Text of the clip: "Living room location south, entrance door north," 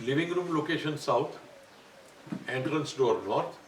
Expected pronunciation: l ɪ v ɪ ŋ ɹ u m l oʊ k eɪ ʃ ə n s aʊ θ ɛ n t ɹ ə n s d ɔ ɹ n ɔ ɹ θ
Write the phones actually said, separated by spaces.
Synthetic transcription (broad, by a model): l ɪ v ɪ ŋ ɹ u m l oʊ k eɪ ʃ ə n s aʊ t ɛ n t ɹ ə n s d ɔ ɹ n ɔ ɹ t